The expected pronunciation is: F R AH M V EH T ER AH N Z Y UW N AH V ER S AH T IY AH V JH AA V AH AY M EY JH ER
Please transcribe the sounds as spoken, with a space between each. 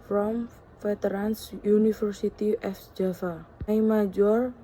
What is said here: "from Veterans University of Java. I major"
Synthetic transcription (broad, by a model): F R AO M F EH T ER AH N S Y UW N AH F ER S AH T IY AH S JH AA F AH AY M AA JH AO